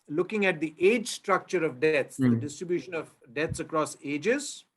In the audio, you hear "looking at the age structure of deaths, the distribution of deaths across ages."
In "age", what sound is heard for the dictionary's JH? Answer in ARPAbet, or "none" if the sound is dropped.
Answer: JH